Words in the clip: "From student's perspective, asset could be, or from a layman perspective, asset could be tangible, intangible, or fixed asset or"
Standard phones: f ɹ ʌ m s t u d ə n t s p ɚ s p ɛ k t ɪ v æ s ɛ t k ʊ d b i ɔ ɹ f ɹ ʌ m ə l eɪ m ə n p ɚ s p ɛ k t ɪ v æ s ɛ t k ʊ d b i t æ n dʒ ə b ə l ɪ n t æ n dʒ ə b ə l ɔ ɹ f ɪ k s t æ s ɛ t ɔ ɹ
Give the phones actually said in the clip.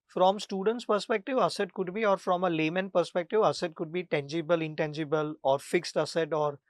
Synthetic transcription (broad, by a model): f ɹ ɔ m s t u d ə n t s p ɚ s p ɛ k t ɪ v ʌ s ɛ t k ʊ d b i ɔ ɹ f ɹ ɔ m ə l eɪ m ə n p ɚ s p ɛ k t ɪ v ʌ s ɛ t k ʊ d b i t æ n dʒ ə b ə l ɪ n t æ n dʒ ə b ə l ɔ ɹ f ɪ k s t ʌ s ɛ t ɔ ɹ